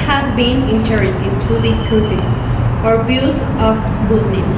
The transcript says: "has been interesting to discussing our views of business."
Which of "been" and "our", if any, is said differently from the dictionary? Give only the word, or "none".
none